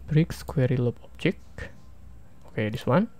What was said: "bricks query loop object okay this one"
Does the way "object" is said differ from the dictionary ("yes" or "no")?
yes